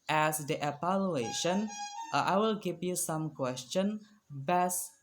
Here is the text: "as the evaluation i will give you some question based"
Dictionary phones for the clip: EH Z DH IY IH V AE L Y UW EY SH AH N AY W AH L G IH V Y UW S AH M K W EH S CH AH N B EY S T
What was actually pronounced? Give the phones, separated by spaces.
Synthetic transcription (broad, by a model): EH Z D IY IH P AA L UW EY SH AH N AY W AH L G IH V Y UW S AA M K W EH S CH AH N B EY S